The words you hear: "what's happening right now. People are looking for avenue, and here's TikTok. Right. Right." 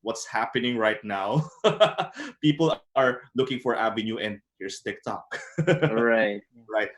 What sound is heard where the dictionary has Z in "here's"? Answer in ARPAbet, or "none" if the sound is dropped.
S